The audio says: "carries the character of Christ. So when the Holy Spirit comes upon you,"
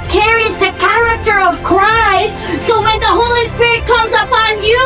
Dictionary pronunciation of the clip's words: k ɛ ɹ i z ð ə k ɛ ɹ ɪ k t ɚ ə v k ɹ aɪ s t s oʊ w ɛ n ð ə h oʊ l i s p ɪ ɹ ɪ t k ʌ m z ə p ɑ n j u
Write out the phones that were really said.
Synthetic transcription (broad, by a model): k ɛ ɹ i z ð ə k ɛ ɹ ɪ k t ɚ ə v k ɹ aɪ s t s oʊ w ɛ n ð ə h oʊ l i s p ɪ ɹ ɪ t k ʌ m z ə p ɑ n j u